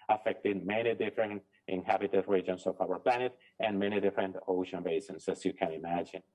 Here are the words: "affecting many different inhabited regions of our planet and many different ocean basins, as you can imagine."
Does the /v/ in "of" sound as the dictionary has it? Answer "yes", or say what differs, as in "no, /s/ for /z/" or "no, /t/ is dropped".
no, /p/ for /v/